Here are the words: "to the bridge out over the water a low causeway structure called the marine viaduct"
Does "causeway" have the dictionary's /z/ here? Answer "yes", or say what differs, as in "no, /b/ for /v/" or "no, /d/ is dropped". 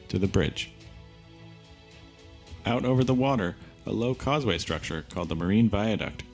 yes